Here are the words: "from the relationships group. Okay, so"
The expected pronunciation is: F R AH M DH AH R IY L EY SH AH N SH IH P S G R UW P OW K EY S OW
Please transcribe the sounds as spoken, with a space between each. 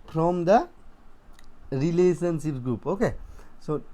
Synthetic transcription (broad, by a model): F R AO M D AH R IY L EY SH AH N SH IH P G R UW P OW K EY S OW